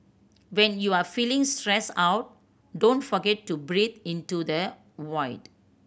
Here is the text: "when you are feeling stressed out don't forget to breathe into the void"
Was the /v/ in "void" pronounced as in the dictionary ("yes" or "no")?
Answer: no